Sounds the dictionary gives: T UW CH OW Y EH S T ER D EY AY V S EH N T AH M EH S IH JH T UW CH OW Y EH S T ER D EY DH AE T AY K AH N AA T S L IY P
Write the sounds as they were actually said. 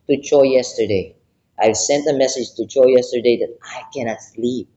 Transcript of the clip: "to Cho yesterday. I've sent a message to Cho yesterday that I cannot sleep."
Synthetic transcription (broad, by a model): T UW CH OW Y EH S T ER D EY AY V S EH N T AH M EH S IH JH T UW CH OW Y EH S T ER D EY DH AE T AY K AH N AA T S L IY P